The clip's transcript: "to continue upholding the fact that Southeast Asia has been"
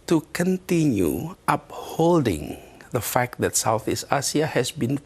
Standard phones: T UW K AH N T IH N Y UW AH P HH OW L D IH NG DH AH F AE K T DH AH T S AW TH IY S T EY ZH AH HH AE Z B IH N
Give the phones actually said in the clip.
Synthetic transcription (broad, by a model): T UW K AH N T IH N Y UW AH P HH OW L D IH NG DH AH F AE K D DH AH T S AW TH IY S T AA S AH HH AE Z B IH N